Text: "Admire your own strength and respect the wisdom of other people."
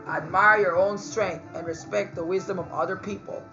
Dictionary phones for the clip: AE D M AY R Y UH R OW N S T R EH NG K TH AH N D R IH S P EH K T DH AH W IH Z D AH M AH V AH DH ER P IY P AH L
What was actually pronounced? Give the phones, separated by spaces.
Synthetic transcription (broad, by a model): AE D M AY R Y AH R OW N S T R EH NG K TH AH N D R IH S P EH K T DH AH W IH Z D AH M AH V AH DH ER P IY P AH L